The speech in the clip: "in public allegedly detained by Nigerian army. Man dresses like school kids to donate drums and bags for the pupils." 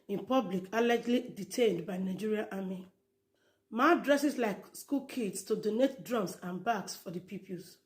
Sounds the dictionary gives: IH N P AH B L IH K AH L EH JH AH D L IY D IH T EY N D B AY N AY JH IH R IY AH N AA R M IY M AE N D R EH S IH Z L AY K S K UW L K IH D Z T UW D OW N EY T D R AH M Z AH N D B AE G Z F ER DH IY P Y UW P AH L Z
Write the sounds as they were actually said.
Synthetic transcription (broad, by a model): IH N P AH B L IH K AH L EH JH L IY D IH T EY N D B AY N AY JH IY R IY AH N AA M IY M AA D R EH S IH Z L AY K S K UW L K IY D S T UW D OW N EY T D R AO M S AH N B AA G S F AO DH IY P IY P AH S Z